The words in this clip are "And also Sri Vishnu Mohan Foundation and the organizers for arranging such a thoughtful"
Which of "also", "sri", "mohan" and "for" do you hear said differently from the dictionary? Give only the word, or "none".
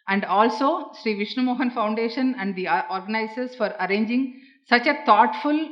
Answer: none